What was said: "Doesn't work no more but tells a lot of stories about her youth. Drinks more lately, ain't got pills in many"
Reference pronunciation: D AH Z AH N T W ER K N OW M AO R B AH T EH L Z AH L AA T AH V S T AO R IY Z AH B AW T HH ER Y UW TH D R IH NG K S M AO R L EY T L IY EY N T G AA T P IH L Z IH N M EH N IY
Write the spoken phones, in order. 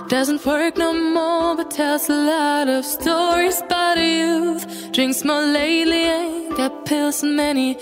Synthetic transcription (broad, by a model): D AH Z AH N T W ER K N OW M AO R B AH T EH L Z AH L AA T AH V S T AO R IY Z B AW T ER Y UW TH D R IH NG K S M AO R L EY L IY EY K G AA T P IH L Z M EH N IY